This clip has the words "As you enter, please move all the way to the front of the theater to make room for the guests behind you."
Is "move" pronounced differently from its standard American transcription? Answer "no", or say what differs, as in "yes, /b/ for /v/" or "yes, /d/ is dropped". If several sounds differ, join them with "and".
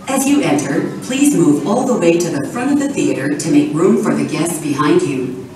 no